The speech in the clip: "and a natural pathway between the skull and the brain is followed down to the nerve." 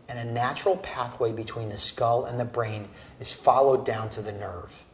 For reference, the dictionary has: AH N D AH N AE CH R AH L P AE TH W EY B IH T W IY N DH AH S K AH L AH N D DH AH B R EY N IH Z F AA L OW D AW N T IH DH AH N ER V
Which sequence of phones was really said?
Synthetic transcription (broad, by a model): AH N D AH N AE CH R L P AE TH W EY B IH T W IY N DH AH S K AH L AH N DH AH B R EY N IH Z F AA L OW D AW N T IH DH AH N ER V